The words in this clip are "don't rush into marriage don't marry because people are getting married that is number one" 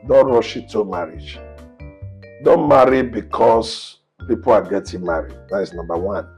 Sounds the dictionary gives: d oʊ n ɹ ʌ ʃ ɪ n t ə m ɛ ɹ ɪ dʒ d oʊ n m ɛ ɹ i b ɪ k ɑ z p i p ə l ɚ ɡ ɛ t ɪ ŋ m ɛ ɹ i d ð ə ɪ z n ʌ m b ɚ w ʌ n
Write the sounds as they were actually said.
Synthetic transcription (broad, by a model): d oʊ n ɹ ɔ ʃ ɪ t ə m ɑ ɹ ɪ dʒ d oʊ n m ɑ ɹ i b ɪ k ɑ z p i p ə l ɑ ɡ ɛ t ɪ ŋ m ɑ ɹ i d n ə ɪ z n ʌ m b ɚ w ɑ n